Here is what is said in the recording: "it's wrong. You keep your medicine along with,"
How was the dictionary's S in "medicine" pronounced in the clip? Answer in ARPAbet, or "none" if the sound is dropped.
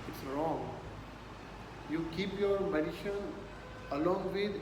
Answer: SH